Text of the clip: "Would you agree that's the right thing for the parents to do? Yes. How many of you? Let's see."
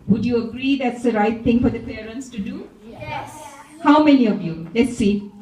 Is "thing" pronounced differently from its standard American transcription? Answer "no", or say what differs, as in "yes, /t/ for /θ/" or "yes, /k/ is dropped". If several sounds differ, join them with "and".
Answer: yes, /t/ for /θ/